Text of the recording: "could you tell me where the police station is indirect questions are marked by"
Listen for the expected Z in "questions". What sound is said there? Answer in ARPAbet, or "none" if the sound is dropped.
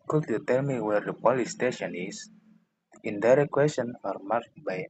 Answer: none